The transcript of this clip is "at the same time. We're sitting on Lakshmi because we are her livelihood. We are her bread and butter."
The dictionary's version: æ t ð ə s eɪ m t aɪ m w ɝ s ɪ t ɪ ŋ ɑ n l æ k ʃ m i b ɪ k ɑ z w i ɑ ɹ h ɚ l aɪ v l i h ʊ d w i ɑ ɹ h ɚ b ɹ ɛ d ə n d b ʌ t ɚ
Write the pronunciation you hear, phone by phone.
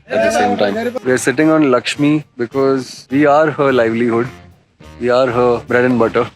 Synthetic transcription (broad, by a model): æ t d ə s eɪ m t aɪ m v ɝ s ɪ t ɪ ŋ ɑ n l æ k ʃ m i b ɪ k ɑ z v i ɑ ɹ h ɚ l aɪ v l i h ʊ d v i ɑ ɹ h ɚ b ɹ ɛ d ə n b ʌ t ɚ